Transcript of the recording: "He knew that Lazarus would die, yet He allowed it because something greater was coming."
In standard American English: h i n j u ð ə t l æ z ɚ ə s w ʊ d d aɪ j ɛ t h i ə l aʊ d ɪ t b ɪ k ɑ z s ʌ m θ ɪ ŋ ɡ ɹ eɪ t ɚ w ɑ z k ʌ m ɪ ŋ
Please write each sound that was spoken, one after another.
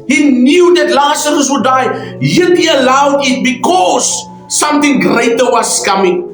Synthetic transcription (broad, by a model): h i n j u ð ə t l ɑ s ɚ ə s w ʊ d d aɪ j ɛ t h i ə l aʊ d ɪ t b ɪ k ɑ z s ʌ m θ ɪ ŋ ɡ ɹ eɪ t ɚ w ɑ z k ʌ m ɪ ŋ